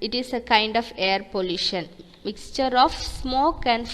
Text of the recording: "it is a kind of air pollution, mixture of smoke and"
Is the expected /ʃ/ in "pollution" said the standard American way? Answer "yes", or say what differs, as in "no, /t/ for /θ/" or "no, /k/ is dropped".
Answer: yes